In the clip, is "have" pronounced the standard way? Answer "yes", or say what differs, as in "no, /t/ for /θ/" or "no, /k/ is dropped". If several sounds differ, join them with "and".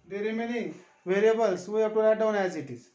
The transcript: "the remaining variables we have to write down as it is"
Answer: no, /p/ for /v/